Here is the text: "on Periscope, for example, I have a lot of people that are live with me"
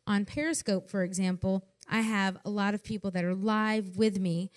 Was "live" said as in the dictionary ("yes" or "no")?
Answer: yes